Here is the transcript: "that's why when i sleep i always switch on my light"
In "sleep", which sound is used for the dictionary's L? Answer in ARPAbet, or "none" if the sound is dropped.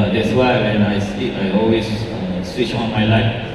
none